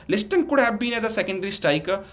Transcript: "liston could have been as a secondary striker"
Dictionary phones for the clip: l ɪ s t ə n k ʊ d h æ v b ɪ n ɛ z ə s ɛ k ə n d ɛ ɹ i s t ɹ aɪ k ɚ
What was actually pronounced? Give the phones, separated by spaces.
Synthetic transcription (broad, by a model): l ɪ s t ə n k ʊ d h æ b b ɪ n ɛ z ə s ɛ k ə n d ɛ ɹ i s t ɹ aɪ k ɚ